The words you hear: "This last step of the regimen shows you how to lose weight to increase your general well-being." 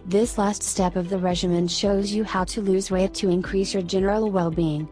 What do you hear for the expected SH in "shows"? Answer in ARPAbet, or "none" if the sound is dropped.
SH